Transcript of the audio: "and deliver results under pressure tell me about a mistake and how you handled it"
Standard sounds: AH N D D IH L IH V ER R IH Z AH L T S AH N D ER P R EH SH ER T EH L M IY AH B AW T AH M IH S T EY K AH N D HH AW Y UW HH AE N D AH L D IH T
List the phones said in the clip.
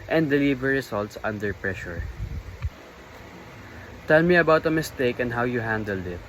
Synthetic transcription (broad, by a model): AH N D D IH L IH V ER R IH S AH L T S AH N D ER P R EH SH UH T EH L M IY AH B AW T AH M IH S T EY K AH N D HH AW Y UW HH AE N D AH L D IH T